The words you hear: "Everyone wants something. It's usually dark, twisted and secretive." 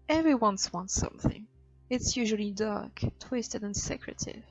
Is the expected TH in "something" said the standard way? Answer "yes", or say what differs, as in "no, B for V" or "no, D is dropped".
yes